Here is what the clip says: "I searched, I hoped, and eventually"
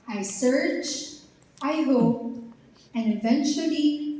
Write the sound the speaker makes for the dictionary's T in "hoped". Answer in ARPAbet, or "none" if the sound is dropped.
none